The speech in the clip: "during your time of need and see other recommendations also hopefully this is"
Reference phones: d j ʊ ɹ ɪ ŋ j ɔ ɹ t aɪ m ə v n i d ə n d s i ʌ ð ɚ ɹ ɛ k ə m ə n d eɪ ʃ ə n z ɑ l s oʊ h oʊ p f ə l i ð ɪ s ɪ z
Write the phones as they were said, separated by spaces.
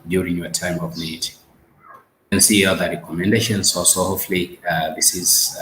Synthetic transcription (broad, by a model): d j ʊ ɹ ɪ ŋ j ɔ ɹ t aɪ m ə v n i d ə n s i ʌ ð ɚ ɹ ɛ k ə m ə n d eɪ ʃ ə n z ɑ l s oʊ h oʊ f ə l i ð ɪ s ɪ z